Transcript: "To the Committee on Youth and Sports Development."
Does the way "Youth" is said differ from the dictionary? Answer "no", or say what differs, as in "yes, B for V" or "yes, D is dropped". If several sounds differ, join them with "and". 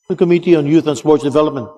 no